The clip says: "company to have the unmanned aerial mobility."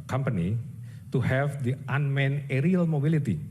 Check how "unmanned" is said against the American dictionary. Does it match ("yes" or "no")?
no